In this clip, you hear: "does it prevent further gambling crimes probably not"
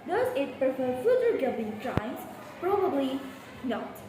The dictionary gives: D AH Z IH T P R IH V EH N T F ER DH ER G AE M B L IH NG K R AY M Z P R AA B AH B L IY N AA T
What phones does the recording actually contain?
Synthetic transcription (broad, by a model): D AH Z IH T P R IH F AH T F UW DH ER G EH B IH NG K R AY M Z P R AA B AH B L IY N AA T